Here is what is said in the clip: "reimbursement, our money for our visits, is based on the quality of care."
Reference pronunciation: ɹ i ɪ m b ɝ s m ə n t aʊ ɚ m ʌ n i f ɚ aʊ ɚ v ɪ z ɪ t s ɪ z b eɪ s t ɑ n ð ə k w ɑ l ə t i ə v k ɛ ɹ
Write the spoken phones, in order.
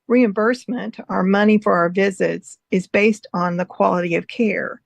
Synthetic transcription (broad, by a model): ɹ i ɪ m b ɝ s m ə n t aʊ ɚ m ʌ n i f ɚ aʊ ɚ v ɪ z ɪ t s ɪ z b eɪ s t n ð ə k w ɑ l ə t i ə v k ɛ ɹ